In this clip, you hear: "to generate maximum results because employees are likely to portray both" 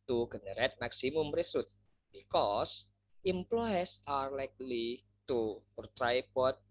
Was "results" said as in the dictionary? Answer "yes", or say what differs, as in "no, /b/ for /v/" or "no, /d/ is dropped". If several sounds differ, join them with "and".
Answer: no, /s/ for /z/ and /l/ is dropped